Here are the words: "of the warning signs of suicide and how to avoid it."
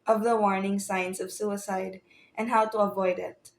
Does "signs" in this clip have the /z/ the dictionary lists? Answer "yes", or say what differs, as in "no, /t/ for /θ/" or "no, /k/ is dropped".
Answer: no, /s/ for /z/